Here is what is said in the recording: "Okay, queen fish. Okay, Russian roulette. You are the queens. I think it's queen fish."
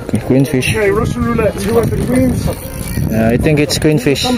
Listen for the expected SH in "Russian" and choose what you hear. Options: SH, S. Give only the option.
S